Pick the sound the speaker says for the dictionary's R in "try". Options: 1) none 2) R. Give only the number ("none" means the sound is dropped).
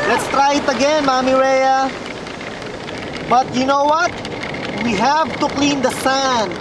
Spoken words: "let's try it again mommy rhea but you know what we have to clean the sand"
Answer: 2